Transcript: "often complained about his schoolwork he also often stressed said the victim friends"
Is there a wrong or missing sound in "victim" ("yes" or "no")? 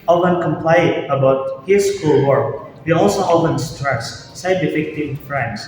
yes